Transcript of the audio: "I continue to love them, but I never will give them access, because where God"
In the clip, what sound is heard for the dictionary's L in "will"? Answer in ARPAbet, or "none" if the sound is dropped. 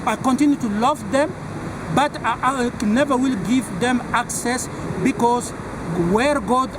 L